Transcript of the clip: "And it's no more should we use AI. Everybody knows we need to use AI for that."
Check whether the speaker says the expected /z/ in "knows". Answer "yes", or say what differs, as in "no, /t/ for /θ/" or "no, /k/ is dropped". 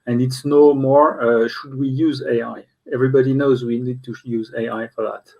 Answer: yes